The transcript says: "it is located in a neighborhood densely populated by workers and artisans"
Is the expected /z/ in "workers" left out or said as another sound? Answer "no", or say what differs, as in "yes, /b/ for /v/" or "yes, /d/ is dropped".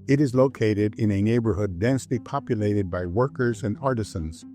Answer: no